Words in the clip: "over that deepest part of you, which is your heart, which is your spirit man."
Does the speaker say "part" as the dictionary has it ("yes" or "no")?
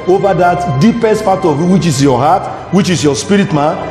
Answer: no